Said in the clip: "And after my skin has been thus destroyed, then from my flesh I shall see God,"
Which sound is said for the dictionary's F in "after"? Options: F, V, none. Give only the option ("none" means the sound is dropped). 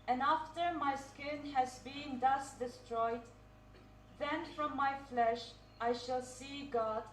F